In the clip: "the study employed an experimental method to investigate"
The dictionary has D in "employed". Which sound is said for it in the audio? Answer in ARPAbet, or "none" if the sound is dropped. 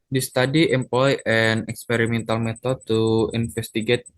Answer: none